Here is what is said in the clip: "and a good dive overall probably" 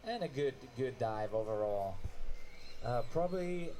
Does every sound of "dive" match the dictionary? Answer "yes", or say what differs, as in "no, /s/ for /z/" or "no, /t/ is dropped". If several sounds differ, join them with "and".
yes